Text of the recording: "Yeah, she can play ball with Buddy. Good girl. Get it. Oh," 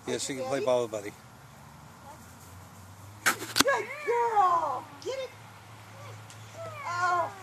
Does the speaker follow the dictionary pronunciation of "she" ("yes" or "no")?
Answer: no